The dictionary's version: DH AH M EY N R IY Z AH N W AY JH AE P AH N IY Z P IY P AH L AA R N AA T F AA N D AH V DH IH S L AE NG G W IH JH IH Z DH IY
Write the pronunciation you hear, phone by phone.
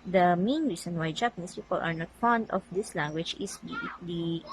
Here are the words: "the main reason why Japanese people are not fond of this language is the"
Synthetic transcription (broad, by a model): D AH M EY N R IY S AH N W AY JH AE P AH N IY S P IY P AH L AA R N AA T F AA N D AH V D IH S L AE NG G W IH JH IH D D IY